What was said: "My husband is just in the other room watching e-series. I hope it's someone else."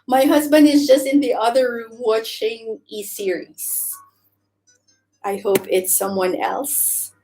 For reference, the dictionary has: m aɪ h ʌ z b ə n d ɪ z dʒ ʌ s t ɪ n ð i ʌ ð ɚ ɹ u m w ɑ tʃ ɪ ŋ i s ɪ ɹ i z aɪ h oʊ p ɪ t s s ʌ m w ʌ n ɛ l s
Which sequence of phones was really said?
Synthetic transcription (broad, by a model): m aɪ h ʌ z b ə n d ɪ z dʒ ʌ s t ɪ n ð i ʌ ð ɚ ɹ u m w ɑ tʃ ɪ ŋ i s ɪ ɹ i z aɪ h oʊ p ɪ t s s ʌ m w ʌ n ɛ l s